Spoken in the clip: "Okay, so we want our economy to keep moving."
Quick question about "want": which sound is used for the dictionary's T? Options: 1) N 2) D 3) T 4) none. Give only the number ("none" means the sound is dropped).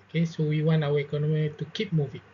4